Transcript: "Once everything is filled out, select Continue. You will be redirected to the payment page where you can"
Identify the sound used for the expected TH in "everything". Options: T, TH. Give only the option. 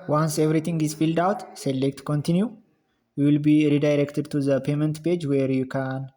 T